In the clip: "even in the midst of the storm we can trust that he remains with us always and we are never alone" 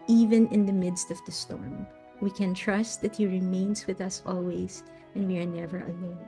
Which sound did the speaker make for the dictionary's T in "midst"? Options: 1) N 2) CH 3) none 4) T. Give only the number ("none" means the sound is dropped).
4